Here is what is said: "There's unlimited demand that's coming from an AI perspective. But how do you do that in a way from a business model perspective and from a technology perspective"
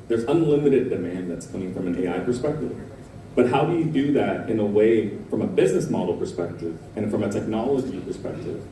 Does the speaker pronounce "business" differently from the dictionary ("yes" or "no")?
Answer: no